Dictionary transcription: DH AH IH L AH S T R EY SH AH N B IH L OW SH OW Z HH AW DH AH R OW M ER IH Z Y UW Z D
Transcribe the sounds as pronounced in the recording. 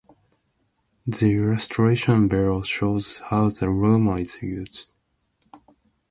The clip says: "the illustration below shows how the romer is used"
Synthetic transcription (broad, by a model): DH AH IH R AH S T R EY SH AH N B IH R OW SH OW Z HH AW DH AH R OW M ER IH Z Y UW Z